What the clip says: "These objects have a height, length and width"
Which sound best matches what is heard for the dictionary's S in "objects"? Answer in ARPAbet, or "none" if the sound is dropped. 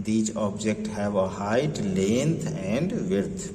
none